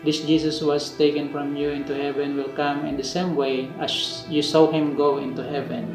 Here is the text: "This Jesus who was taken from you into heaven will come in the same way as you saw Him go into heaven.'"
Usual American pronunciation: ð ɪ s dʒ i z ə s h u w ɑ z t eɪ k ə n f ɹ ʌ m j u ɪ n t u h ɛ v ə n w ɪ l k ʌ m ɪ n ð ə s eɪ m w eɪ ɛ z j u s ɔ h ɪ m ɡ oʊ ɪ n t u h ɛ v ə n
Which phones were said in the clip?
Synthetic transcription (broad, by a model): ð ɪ s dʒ i s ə s w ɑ s t eɪ k ə n f ɹ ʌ m j u ɪ n t u h ɛ v ə n w ɪ l k ʌ m ɪ n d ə s eɪ m w eɪ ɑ s j u s ɔ h ɪ m ɡ oʊ ɪ n t u h ɛ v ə n